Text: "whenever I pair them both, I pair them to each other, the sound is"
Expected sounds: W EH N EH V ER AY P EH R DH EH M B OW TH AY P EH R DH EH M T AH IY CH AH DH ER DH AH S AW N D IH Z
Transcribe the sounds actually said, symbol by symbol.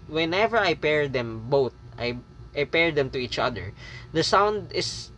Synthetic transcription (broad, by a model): W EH N EH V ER AY P EH R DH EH M B OW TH AY P EH R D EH M T AH IY CH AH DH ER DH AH S AW N D IH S